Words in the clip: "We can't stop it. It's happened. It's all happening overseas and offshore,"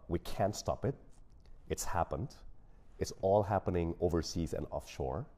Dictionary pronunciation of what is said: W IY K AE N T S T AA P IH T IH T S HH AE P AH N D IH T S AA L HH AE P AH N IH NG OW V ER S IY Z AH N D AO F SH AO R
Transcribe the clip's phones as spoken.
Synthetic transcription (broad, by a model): W IY K AE N T S T AA P IH T IH T S HH AE P AH N D IH T S AA L HH AE P AH N IH NG OW V ER S IY Z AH N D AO F SH AO R